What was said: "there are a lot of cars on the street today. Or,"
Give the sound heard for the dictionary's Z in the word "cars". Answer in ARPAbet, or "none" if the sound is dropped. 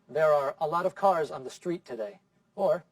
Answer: Z